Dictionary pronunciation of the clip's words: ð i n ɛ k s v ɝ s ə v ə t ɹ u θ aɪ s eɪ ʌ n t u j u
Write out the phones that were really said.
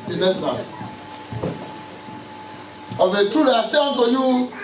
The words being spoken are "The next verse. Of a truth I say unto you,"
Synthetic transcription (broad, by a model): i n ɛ s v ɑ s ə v ə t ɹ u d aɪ s eɪ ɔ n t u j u